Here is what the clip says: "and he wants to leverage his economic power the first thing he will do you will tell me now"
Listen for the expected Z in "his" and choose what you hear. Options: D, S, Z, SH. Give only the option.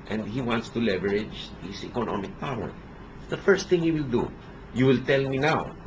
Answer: S